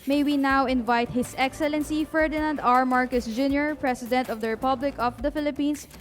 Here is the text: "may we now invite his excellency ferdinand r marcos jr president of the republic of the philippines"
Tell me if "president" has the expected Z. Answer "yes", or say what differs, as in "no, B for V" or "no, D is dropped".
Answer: no, S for Z